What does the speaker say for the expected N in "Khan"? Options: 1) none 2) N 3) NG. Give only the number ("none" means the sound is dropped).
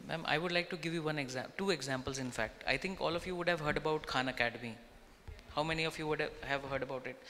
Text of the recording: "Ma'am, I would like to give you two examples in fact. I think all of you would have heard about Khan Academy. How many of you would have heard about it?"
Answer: 2